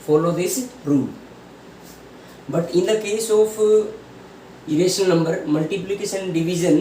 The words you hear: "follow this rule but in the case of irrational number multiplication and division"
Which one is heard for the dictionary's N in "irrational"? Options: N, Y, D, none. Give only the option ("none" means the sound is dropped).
none